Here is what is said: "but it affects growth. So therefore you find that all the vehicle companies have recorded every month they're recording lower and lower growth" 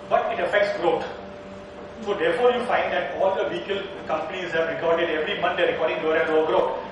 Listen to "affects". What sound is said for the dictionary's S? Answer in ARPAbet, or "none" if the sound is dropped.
S